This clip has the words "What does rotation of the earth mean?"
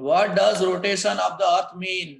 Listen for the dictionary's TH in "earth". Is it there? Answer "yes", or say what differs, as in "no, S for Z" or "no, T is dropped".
no, T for TH